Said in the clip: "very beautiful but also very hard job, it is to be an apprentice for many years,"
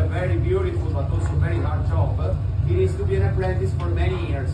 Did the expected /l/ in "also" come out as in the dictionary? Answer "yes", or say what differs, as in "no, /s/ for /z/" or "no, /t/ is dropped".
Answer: no, /l/ is dropped